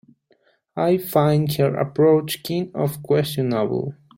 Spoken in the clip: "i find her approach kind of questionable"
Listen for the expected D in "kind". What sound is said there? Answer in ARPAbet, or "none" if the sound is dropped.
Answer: none